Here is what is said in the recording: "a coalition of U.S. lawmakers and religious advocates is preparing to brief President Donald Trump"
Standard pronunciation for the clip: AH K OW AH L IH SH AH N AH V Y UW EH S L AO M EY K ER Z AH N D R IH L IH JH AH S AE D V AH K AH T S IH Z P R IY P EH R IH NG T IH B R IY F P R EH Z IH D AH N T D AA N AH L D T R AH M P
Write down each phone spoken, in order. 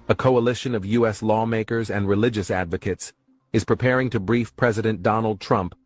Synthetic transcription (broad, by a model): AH K OW AH L IH SH AH N AH V Y UW EH S L AO M EY K ER Z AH N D R IH L IH JH AH S AE D V AH K AH T S IH Z P R IY P EH R IH NG T IH B R IY F P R EH Z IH D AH N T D AA N L D T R AH M P